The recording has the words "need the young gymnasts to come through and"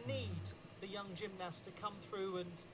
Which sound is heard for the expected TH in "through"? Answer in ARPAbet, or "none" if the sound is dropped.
TH